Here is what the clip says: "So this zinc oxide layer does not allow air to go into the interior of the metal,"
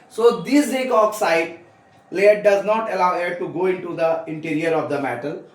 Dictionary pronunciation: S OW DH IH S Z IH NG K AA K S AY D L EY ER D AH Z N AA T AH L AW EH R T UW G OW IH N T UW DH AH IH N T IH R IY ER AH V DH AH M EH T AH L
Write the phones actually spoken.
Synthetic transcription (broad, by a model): S OW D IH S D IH K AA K S AY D L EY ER D AH Z N AA T AH L AW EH T UW G OW IH N T UW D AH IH N T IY R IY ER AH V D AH M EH T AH L